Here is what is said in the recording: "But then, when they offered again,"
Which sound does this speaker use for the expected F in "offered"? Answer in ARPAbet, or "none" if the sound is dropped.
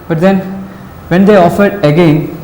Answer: F